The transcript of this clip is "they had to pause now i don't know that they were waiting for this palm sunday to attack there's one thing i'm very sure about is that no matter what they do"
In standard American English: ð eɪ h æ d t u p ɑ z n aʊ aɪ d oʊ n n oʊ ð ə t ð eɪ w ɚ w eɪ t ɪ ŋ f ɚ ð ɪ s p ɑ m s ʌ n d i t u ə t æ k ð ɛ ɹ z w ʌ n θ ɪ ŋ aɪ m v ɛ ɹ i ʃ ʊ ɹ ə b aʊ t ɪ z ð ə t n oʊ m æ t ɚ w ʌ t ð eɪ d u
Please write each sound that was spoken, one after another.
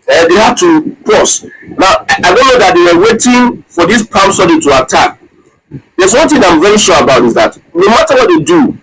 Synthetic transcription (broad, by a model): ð eɪ h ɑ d t u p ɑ s n aʊ aɪ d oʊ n n oʊ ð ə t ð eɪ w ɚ w eɪ t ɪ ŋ f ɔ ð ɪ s p ɑ m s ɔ d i t u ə t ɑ k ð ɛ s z w ʌ n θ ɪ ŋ aɪ m v ɛ ɹ i ʃ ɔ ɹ ə b aʊ t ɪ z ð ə t n oʊ m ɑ t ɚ w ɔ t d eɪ d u